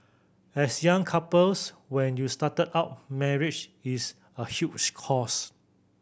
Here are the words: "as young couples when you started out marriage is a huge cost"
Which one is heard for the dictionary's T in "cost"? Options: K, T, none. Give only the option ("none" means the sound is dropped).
none